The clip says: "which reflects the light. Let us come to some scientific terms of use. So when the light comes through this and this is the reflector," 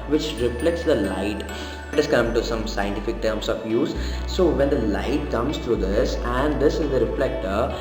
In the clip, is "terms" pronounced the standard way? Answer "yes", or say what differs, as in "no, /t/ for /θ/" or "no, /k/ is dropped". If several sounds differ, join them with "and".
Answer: no, /s/ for /z/